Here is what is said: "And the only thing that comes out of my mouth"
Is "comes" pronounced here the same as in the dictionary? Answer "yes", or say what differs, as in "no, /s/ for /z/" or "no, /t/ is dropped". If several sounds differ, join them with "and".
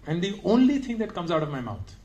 yes